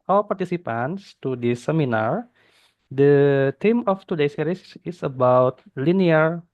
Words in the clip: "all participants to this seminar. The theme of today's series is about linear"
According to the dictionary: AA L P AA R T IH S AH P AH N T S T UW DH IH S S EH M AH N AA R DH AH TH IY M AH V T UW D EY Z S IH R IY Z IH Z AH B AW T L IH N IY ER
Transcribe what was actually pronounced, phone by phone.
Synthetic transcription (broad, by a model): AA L P AA R T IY S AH P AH N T S T UW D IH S S EH M AH N AA R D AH T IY M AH F T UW D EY S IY R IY S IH S AH B AW T L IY N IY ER